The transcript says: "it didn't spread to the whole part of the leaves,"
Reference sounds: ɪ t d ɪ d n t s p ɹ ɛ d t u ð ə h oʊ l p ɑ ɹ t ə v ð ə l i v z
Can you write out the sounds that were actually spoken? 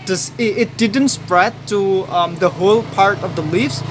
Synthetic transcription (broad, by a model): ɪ t d ɪ d n t s p ɹ ɛ d t u ð ə h oʊ l p ɑ ɹ t ə v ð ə l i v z